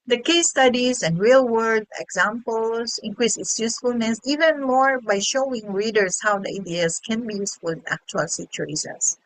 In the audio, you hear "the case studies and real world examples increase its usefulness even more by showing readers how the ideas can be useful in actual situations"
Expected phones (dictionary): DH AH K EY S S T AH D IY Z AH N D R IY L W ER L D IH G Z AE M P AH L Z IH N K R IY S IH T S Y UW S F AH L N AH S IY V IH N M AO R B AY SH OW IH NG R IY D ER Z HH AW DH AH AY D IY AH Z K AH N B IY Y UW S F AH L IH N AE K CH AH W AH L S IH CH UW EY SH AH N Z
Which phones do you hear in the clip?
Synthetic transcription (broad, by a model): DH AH K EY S S T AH D IY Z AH N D R IY L W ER D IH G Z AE M P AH L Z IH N K R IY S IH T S Y UW S F AH L N AH S IY V IH N M AO R B AY SH OW IH NG R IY D ER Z HH AW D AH AY D IY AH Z K AH N B IY Y UW S F AH L IH N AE K CH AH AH L S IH CH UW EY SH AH N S